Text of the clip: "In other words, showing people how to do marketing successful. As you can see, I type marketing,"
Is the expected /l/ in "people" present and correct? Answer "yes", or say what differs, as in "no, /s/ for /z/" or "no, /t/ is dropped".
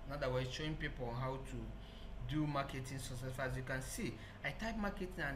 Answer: no, /n/ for /l/